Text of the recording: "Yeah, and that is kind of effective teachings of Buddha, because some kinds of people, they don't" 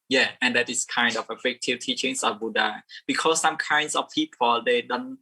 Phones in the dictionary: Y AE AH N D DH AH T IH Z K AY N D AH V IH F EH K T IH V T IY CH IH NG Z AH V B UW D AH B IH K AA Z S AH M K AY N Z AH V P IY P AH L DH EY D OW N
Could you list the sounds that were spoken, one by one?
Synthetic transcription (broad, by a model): Y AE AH N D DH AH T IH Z K AY N D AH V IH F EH K T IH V T IY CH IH NG S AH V B UW D AH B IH K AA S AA M K AY N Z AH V P IY P AH L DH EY D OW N